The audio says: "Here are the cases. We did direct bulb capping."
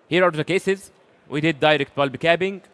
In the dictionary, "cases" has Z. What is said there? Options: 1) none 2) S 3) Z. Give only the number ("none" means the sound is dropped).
3